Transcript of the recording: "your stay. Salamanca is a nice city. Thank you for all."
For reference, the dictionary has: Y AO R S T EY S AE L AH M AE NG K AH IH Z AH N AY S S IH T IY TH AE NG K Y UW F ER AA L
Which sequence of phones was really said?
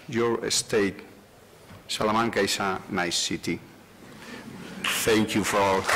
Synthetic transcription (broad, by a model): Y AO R S T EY S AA L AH M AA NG K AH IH S AH N AY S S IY T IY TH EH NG K Y UW F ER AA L